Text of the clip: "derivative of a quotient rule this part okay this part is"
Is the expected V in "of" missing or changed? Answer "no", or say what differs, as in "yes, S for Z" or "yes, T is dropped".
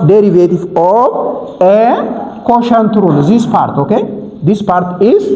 yes, B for V